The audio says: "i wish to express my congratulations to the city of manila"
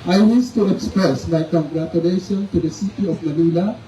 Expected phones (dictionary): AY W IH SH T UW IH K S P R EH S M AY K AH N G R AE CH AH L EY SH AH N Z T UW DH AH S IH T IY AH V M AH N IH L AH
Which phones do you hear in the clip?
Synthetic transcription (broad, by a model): AY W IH S T UW IH K S P R EH S M AY K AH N G R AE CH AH L EY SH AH N T UW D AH S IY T IY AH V M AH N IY L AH